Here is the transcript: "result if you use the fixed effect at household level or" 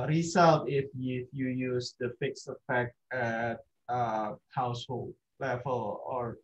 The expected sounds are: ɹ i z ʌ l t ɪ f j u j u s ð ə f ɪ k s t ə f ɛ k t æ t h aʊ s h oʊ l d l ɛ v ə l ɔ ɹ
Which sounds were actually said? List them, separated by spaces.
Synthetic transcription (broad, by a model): ɹ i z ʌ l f ɪ f j u j u s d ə f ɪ k s ə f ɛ k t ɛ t h aʊ s h oʊ l d l ɛ v ə l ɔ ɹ